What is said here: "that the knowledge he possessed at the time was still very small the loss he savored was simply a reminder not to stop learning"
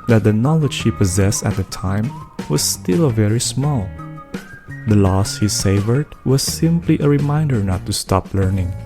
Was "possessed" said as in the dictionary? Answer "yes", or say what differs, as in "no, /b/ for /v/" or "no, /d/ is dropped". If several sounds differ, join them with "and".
yes